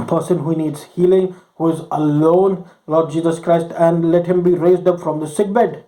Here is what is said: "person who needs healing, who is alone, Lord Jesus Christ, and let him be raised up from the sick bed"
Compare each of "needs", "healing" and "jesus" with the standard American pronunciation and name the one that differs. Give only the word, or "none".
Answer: none